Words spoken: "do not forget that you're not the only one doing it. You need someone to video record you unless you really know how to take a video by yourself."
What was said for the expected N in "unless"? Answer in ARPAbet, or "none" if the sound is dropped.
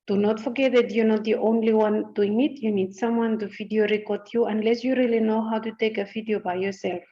N